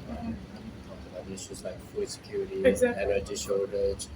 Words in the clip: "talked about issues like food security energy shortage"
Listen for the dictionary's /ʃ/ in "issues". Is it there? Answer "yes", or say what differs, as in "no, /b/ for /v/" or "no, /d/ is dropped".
no, /s/ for /ʃ/